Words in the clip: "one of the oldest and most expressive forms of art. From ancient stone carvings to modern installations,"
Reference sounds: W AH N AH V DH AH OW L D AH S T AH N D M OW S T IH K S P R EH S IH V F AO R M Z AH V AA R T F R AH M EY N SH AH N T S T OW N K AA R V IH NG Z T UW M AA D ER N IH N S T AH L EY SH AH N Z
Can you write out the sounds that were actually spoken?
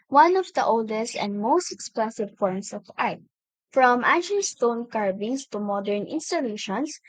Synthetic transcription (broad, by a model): W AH N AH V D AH OW L D AH S T AH N D M OW S T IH K S P L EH S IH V F AO R M S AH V AA R T F R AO M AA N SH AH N S T OW N K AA R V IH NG S T UW M AA D ER N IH N S T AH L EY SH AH N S